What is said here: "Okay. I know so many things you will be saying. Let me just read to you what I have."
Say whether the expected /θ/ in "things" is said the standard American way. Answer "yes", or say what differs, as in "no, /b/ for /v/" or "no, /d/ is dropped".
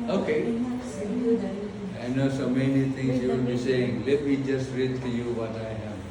no, /t/ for /θ/